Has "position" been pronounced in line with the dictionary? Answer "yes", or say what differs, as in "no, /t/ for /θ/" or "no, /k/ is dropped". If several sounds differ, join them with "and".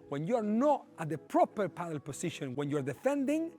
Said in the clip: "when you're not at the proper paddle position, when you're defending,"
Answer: no, /s/ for /z/